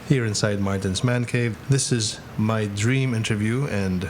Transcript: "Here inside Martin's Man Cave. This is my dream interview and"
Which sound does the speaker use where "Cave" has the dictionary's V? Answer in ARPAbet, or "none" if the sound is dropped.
V